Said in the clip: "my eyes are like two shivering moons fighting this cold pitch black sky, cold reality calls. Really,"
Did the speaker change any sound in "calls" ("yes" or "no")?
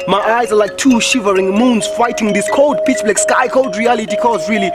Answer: yes